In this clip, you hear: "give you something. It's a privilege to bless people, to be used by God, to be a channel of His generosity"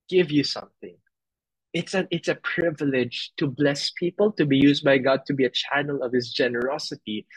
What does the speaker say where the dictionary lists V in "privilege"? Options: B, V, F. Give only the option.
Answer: V